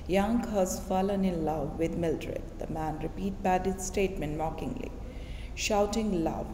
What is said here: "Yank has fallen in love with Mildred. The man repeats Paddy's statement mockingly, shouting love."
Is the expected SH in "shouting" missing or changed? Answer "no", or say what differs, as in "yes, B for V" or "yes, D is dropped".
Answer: no